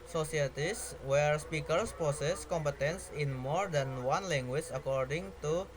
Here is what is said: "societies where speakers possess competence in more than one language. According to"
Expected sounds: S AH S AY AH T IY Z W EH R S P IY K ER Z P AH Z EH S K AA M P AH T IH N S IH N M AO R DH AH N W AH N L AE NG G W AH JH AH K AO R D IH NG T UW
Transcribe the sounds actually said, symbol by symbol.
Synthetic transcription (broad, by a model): S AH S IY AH T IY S W EH R S P IY K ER S P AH S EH S K AA M P AH T IH N S IH N M AO R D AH N W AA N L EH NG G W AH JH AH K AO R D IH NG T UW